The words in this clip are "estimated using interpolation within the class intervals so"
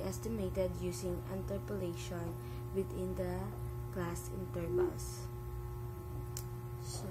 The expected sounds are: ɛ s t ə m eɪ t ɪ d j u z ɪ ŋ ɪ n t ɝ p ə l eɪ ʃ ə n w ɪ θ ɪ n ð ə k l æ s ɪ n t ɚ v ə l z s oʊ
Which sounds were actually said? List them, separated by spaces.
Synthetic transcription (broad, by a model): ɛ s t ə m eɪ t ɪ d j u s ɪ ŋ ɪ n t ɝ p ə l eɪ ʃ ə n w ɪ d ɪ n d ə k l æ s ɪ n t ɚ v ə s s